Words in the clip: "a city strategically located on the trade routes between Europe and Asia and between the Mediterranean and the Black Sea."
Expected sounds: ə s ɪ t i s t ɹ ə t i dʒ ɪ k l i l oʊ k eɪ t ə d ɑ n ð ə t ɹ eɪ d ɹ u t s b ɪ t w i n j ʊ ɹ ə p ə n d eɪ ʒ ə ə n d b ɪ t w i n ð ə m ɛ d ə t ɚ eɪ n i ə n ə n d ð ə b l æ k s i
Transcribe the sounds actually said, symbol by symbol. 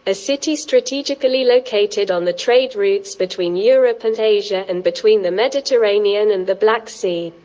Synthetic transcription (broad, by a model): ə s ɪ t i s t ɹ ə t i dʒ ɪ k l i l oʊ k eɪ t ə d n ð ə t ɹ eɪ d ɹ u t s b ɪ t w i n j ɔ ɹ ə p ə n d eɪ ʒ ə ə n b ɪ t w i n ð ə m ɛ d ə t ɚ eɪ n i ə n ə n ð ə b l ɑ k s i